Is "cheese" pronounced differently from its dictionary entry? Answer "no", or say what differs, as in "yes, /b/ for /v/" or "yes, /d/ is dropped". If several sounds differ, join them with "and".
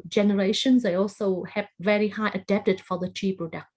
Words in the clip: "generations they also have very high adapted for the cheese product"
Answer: yes, /z/ is dropped